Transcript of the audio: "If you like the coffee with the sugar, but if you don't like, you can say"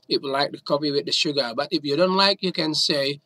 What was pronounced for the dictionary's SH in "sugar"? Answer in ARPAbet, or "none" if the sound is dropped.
SH